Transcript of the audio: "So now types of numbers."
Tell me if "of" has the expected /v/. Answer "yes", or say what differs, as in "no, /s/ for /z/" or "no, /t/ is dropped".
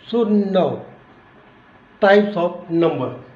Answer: no, /p/ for /v/